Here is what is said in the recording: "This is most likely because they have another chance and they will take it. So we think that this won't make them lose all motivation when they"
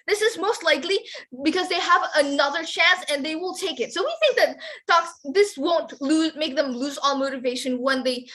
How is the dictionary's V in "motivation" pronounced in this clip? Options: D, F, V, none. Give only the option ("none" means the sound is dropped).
V